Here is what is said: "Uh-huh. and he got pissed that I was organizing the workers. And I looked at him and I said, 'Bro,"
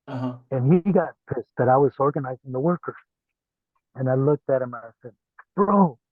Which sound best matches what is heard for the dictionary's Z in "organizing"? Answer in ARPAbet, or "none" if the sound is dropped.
Z